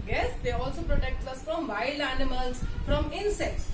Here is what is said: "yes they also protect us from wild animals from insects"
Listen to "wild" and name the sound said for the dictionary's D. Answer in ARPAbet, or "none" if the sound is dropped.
none